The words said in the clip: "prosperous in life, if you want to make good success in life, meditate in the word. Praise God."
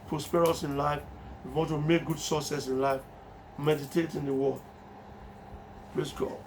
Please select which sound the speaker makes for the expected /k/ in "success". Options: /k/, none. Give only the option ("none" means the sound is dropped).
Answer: none